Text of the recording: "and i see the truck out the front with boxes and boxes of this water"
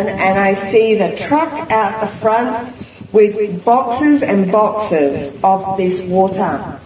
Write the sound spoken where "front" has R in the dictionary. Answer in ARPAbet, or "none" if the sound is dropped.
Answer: R